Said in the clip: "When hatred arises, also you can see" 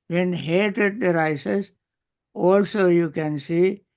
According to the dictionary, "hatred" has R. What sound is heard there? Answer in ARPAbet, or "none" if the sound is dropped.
none